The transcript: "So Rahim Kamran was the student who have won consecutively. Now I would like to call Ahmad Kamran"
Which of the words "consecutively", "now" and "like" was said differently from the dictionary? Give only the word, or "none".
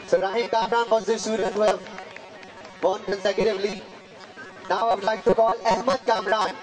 none